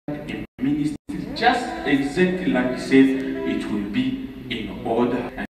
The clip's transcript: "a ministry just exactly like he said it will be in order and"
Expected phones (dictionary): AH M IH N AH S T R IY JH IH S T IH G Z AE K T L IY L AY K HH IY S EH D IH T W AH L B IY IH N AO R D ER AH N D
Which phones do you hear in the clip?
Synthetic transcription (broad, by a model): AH M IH N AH S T IY JH IH S T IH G Z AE K T L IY L AY K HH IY S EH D IH T W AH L B IY IH N AO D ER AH